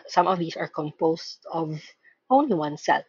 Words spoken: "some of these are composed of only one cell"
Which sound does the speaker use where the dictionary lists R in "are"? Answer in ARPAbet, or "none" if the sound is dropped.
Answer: R